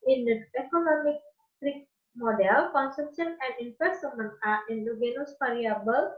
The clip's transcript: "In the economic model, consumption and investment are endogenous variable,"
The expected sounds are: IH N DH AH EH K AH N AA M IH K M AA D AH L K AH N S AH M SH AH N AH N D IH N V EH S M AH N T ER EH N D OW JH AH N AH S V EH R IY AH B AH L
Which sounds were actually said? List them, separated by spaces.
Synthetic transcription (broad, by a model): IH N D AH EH K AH N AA M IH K M AA D AH L K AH N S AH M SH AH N AH N D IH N F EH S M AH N AA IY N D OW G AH N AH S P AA R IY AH B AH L